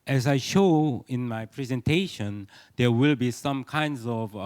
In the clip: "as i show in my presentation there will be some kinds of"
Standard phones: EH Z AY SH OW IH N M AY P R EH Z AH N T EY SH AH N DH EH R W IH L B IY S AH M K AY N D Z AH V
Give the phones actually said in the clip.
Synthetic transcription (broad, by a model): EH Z AY SH OW IH N M AY P R EH Z AH N T EY SH AH N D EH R W IH L B IY S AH M K AY N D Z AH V